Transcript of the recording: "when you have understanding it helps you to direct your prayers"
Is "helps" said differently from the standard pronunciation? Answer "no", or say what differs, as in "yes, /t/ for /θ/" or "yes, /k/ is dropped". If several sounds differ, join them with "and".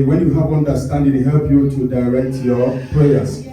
yes, /s/ is dropped